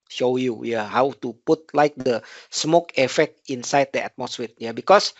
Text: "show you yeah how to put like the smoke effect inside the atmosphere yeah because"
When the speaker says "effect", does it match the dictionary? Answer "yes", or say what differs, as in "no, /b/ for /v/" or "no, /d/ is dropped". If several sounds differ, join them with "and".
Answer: yes